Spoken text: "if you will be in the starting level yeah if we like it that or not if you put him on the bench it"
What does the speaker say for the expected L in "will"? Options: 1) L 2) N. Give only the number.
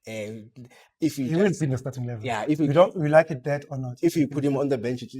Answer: 2